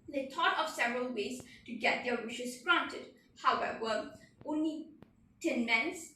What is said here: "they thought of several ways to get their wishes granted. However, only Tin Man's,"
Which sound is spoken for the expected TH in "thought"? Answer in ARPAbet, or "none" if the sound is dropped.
T